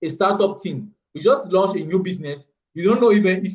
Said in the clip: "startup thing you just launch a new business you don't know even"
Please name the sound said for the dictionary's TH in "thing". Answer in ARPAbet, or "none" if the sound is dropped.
T